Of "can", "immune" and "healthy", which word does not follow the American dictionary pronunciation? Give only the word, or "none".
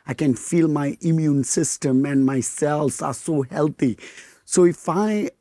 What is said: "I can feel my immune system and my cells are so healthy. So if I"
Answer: healthy